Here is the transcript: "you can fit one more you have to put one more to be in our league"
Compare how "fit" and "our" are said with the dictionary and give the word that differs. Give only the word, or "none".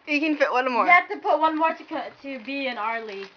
none